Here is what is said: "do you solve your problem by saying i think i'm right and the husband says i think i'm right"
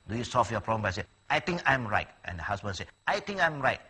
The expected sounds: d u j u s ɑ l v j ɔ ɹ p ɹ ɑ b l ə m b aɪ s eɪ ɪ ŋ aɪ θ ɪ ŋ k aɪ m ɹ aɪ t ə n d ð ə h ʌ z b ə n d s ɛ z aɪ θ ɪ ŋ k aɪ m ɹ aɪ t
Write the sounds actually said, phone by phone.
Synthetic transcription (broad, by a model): d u j u s ɑ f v j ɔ p ɹ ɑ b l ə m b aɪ s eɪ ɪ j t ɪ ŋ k aɪ m ɹ aɪ t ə n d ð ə h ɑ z b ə n s ɛ aɪ t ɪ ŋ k aɪ m ɹ aɪ t